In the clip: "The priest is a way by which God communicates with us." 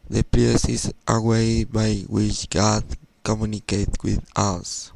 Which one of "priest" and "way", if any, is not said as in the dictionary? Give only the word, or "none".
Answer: priest